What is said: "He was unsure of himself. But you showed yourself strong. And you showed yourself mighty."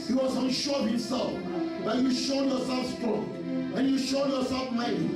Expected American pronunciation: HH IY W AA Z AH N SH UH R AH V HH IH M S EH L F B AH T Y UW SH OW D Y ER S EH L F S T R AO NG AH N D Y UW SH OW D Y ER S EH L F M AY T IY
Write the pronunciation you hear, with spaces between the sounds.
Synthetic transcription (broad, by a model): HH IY W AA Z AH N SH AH B HH IH M S EH L F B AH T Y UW SH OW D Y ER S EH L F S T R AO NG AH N Y UW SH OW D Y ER S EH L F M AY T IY